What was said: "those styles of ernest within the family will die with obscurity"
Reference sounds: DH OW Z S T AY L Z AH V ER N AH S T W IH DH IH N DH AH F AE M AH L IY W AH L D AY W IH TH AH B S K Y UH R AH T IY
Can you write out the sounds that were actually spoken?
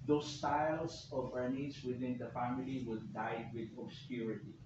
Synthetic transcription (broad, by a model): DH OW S T AY L S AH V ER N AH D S W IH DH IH N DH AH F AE M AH L IY W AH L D AY W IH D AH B S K Y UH R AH T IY